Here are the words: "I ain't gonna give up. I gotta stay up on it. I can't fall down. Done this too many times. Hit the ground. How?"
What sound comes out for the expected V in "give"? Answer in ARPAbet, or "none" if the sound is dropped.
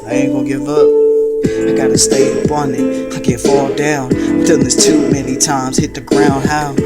V